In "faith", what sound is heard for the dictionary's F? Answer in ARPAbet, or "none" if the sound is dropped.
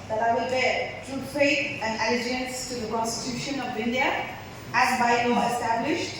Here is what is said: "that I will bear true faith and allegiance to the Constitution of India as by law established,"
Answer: P